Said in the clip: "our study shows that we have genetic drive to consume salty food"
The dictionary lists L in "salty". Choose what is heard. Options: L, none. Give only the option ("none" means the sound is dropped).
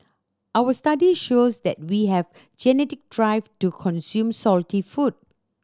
L